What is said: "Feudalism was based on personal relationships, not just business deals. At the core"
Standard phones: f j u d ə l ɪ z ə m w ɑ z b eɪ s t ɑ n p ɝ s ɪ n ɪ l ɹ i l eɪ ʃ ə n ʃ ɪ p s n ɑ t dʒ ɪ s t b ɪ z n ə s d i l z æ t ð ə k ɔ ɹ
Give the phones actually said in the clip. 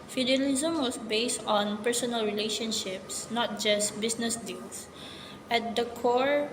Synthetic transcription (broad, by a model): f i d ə l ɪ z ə m w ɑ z b eɪ s t ɑ n p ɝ s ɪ n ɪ l ɹ i l eɪ ʃ ə n ʃ ɪ p s n ɑ t dʒ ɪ s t b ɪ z n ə s d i l s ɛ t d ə k ɔ ɹ